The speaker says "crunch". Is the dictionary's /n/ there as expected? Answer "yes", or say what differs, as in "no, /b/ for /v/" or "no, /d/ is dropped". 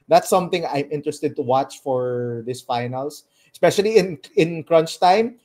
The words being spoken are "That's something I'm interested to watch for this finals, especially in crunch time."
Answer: yes